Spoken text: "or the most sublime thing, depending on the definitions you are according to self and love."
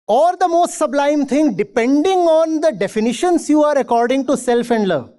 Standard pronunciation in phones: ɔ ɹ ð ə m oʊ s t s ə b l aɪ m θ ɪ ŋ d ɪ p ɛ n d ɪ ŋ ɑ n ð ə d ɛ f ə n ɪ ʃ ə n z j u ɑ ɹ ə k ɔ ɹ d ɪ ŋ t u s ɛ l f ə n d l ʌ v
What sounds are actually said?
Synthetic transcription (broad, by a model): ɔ ɹ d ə m oʊ s t s ə b l aɪ m t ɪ ŋ d ɪ p ɛ n d ɪ ŋ ɑ n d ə d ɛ f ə n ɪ ʃ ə n s j u ɑ ɹ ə k ɔ ɹ d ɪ ŋ t u s ɛ l f ə n d l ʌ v